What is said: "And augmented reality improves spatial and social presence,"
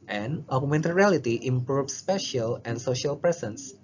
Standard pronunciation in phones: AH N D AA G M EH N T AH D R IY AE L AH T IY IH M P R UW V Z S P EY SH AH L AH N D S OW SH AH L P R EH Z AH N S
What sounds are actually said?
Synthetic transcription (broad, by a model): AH N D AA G M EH N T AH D R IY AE L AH T IY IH M P R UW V S P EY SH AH L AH N S OW SH AH L P R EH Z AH N S